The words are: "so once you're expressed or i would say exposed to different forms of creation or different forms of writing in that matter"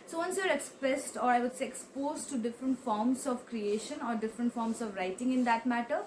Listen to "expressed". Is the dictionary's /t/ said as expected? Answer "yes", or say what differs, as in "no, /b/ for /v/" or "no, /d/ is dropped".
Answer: yes